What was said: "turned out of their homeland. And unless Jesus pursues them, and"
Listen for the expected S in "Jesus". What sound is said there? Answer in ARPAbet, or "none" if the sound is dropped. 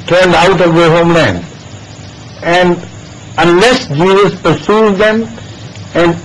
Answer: S